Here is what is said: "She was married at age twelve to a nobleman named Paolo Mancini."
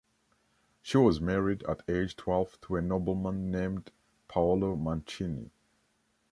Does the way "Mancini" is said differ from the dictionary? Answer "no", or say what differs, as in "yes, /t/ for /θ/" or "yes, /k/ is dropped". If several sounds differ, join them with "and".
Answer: no